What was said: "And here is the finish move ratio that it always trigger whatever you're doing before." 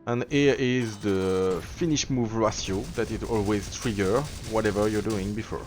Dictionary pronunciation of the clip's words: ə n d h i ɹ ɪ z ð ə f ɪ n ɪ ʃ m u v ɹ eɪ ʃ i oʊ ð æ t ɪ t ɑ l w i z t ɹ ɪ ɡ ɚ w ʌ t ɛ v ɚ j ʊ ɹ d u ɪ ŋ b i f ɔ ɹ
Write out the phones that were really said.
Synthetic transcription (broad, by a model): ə n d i ɪ z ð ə f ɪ n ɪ ʃ m u v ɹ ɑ s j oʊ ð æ t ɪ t ɑ l w i z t ɹ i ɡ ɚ w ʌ t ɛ v ɚ j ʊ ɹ d u ɪ ŋ b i f ɔ ɹ